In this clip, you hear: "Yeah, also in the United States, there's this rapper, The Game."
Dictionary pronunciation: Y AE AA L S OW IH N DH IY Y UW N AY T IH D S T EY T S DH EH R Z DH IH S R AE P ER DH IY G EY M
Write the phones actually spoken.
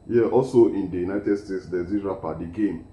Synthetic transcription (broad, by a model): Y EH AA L S OW IH N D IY Y UW N AY T IH D S T EY T S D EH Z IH R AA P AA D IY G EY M